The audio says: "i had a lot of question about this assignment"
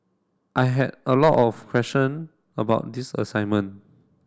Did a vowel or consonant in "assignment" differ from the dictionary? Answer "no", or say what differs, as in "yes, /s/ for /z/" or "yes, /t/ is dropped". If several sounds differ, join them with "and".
yes, /t/ is dropped